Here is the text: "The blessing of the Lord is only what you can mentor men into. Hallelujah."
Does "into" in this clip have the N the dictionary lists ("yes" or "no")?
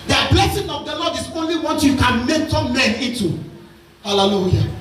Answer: no